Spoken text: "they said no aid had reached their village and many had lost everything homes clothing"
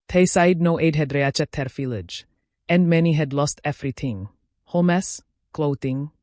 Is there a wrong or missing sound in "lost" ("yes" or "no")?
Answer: no